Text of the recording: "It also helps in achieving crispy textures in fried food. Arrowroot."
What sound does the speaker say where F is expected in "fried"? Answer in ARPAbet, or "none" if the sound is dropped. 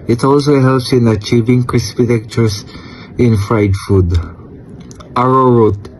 F